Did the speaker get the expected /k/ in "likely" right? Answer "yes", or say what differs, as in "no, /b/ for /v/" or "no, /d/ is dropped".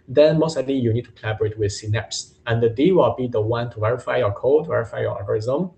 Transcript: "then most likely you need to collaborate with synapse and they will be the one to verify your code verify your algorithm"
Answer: no, /k/ is dropped